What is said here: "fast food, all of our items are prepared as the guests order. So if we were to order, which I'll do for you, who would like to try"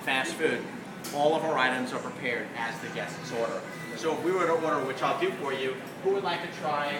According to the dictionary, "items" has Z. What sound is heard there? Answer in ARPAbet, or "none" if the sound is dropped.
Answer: Z